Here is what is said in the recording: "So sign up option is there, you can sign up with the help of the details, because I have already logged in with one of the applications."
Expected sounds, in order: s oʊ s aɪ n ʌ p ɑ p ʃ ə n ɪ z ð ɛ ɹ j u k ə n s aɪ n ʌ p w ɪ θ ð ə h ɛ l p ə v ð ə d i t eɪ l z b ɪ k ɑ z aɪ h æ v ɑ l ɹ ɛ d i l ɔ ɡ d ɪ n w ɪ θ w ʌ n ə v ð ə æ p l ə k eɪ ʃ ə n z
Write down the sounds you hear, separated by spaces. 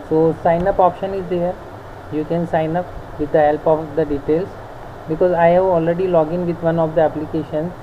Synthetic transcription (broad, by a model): s oʊ s aɪ n ʌ p ɑ p ʃ ə n ɪ z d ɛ ɹ j u k ə n s aɪ n ʌ p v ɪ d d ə h ɛ l p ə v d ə d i t eɪ l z b ɪ k ɑ z aɪ h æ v ɑ l ɹ ɛ d i l ɔ ɡ ɪ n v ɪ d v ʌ n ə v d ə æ p l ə k eɪ ʃ ə n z